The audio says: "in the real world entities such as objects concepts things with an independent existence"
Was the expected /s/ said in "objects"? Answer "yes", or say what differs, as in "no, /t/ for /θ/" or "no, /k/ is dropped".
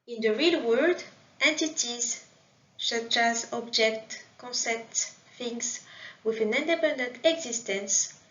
no, /s/ is dropped